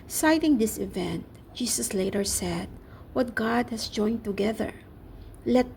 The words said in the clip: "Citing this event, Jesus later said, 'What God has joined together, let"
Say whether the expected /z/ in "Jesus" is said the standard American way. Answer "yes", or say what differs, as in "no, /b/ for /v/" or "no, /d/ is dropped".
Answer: no, /s/ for /z/